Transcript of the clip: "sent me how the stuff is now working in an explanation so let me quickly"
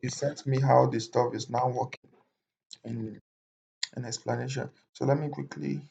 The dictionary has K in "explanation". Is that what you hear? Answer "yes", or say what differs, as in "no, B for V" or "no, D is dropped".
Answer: yes